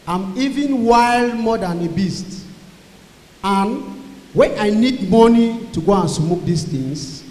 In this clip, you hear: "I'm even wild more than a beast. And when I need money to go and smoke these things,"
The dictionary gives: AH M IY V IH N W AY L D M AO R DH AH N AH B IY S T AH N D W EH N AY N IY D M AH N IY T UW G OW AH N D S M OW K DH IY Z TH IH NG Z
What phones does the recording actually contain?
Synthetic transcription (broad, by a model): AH M IY V IH N W AY L D M AO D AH N AH B IY S T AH N W EH N AY N IY D M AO N IY T UW G OW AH N S M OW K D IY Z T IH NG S